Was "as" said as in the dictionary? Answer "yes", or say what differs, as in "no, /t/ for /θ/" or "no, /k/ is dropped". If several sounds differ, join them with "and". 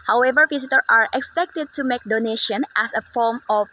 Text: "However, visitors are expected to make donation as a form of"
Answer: no, /s/ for /z/